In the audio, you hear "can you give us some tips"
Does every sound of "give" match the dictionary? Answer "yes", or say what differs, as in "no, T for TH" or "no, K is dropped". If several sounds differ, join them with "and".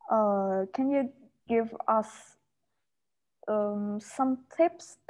yes